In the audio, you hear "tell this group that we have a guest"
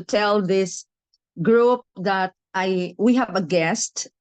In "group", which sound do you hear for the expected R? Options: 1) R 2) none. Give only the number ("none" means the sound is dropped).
1